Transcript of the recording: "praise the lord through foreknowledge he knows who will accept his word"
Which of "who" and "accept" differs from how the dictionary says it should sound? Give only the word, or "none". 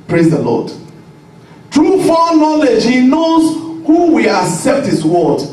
none